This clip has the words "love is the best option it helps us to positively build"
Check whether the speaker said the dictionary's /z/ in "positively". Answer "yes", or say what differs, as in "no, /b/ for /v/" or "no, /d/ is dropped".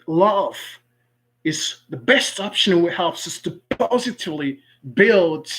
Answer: yes